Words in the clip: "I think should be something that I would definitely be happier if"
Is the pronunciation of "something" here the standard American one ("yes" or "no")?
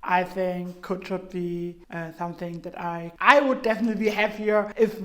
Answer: yes